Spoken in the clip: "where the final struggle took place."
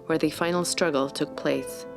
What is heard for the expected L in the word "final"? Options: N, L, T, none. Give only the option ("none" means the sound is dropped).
L